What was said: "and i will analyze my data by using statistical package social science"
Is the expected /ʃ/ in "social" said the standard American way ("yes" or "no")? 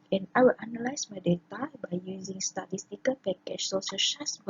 no